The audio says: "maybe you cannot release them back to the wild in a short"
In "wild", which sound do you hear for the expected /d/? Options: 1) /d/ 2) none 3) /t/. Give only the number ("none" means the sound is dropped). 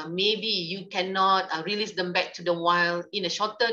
2